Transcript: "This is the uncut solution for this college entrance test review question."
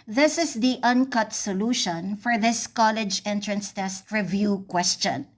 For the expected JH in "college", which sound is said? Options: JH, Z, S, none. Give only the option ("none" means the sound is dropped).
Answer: JH